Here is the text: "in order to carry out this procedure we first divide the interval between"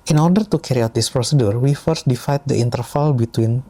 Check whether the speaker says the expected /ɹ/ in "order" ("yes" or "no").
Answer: yes